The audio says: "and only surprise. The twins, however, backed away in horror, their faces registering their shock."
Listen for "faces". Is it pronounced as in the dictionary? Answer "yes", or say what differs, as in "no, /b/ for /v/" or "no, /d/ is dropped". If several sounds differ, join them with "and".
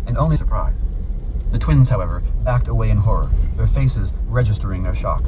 yes